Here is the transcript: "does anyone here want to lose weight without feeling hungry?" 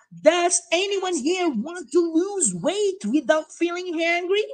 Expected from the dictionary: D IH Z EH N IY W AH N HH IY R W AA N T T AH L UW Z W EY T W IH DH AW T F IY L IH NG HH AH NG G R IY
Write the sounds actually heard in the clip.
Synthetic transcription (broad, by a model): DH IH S EH N IY W AH N HH IY R W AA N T T AH L UW Z W EY T W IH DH AW T F IY L IH NG HH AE NG G R IY